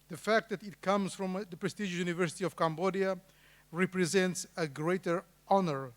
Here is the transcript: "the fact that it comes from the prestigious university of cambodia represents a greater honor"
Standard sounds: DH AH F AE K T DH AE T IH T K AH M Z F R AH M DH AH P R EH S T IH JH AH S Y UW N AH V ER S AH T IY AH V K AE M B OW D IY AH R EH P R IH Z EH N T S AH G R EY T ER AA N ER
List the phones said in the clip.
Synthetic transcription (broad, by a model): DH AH F AE K T DH AE T IH T K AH M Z F R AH M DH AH P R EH S T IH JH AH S Y UW N AH V ER S AH T IY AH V K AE M B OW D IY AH R EH P R IH Z EH N T S AH G R EY T ER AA N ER